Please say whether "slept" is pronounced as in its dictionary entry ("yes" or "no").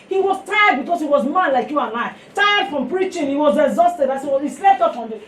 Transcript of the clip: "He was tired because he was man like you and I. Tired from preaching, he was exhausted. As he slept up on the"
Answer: no